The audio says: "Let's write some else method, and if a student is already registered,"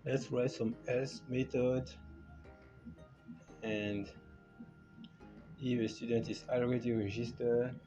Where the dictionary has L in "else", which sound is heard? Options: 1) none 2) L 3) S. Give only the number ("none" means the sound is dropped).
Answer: 1